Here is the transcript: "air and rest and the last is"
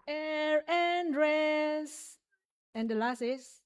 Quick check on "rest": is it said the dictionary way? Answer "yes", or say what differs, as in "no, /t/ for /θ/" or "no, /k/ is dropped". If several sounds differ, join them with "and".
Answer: no, /t/ is dropped